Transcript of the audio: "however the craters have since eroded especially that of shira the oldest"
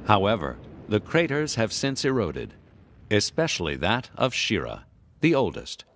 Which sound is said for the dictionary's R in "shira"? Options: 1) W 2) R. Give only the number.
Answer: 2